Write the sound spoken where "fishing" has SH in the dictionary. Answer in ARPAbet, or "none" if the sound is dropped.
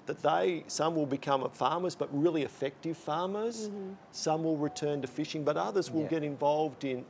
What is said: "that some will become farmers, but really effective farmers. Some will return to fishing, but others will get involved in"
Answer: SH